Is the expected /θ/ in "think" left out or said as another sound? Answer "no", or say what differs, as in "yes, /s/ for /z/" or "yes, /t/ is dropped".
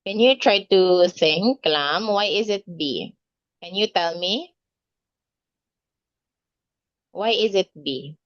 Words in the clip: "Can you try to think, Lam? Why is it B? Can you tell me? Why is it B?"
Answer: yes, /s/ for /θ/